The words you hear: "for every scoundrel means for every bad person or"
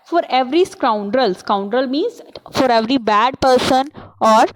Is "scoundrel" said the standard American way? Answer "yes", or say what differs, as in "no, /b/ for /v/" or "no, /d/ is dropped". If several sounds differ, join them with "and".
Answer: yes